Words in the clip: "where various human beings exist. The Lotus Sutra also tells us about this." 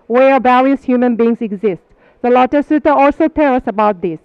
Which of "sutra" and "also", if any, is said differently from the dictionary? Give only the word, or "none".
sutra